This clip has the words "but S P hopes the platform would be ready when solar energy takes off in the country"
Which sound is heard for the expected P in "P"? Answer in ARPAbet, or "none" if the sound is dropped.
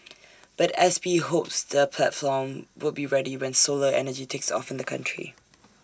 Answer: B